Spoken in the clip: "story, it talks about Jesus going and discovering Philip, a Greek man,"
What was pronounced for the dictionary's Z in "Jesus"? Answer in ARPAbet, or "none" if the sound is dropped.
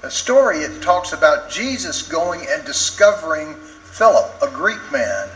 Z